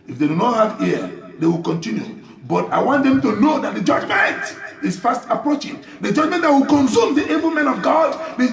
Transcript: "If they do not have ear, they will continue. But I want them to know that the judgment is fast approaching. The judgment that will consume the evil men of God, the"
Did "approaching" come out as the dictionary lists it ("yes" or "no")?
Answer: yes